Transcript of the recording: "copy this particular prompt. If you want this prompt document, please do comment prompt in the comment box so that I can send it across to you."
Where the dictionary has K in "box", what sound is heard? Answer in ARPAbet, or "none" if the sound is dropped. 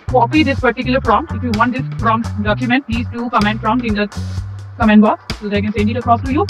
none